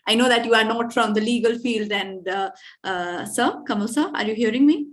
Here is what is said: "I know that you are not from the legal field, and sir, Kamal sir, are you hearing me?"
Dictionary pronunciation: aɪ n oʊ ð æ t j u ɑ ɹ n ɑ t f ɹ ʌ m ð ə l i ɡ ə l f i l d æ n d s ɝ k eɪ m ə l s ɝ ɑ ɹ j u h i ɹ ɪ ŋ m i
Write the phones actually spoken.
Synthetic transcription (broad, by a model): aɪ n oʊ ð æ t j u ɑ ɹ n ɑ t f ɹ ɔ m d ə l i ɡ ə l f i l d æ n d s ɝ k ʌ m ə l s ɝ ɑ ɹ j u h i ɹ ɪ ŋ m i